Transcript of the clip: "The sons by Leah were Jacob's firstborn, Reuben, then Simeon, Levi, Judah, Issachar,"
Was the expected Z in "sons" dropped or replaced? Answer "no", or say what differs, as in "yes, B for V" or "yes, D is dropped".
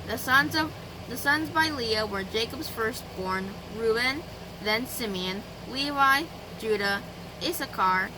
no